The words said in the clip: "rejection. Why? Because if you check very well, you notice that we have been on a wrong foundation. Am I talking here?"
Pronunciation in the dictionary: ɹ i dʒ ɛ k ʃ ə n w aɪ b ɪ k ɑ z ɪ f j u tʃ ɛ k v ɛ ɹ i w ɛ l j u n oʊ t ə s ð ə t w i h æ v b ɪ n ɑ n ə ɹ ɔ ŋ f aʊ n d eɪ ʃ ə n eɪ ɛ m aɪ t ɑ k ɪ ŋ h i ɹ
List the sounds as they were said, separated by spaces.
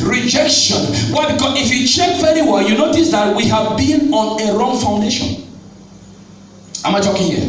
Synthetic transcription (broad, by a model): ɹ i dʒ ɛ k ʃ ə n w aɪ b ɪ k ɑ z ɪ f j u tʃ ɛ k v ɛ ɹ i w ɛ j u n oʊ t ə s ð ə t w i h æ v b ɪ n ɑ n ə ɹ ɔ ŋ f aʊ n d eɪ ʃ ə n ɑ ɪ m aɪ t ɑ k ɪ ŋ h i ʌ